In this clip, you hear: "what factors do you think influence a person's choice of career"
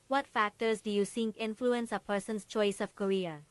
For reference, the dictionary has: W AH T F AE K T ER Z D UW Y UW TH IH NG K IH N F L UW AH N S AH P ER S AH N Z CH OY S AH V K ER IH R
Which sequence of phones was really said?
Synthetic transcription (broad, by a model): W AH T F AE K T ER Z D UW Y UW S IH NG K IH N F L UW AH N S AH P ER S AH N S CH OY S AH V K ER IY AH